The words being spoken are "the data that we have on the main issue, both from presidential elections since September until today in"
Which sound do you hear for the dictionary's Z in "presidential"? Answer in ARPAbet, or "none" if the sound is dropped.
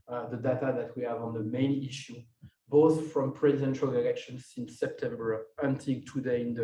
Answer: Z